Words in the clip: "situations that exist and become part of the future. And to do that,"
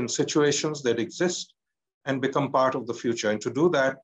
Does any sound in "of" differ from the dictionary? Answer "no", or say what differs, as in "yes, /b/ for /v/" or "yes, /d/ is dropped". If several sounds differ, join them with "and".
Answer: no